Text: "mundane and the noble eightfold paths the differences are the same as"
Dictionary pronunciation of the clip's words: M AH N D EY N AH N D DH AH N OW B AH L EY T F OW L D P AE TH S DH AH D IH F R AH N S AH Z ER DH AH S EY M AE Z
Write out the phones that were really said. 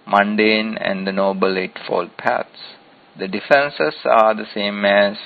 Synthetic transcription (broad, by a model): M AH N D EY N AH N D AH N OW B AH L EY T F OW L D P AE T S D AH D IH F AH N S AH S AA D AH S EY M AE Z